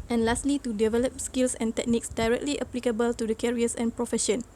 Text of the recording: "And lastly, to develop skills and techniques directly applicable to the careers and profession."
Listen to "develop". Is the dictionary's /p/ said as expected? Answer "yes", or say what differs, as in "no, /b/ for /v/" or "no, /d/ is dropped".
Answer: yes